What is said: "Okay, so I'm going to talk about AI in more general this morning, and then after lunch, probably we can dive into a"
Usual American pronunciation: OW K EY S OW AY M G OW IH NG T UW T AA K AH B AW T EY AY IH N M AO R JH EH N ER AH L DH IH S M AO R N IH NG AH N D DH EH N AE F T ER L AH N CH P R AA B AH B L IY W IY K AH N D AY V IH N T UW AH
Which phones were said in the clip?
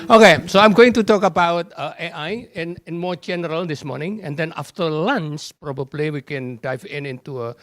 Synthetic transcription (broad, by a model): OW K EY S OW AY M G OW IH NG T UW T AA K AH B AW T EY AY IH N M AO R JH EH N ER AH L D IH S M AO R N IH NG AH N D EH N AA F T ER L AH N S P R AA B AH B L IY W IY K AH N D AY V IH N T UW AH